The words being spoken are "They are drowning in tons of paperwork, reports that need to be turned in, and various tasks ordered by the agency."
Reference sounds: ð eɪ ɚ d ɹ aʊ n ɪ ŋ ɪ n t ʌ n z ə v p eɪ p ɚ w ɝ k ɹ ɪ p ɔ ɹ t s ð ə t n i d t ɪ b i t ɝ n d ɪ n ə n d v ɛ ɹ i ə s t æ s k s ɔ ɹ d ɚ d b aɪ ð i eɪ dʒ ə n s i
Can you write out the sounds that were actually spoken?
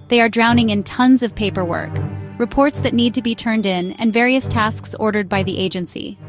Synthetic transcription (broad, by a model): ð eɪ ɚ d ɹ aʊ n ɪ ŋ ɪ n t ʌ n z ə v p eɪ p ɚ w ɝ k ɹ ɪ p ɔ ɹ t s ð ə t n i d t ɪ b i t ɝ n d ɪ n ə n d v ɛ ɹ i ə s t æ s k s ɔ ɹ d ɚ d b aɪ ð i eɪ dʒ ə n s i